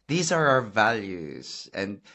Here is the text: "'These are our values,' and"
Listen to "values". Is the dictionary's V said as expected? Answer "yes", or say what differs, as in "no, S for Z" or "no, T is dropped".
yes